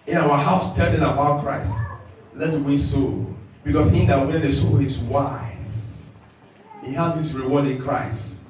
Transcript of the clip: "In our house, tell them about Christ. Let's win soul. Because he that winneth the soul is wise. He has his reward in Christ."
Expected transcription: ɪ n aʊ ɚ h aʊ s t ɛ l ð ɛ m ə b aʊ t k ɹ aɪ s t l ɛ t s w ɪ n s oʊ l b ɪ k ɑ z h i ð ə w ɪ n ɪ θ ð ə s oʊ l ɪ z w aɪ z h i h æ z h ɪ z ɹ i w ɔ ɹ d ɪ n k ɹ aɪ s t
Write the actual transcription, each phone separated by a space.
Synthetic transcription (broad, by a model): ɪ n aʊ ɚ h aʊ s t ɛ l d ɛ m ə b aʊ t k ɹ aɪ s t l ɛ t w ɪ s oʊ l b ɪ k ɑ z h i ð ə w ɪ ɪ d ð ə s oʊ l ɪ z w aɪ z h i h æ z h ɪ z ɹ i w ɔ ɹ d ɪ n k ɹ aɪ s t